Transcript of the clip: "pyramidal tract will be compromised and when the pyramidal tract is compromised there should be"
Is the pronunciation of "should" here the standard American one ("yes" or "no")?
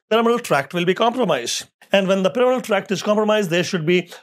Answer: yes